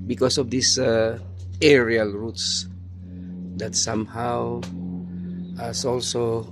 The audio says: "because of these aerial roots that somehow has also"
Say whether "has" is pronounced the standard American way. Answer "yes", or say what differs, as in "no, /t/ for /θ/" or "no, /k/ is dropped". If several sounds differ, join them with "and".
no, /s/ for /z/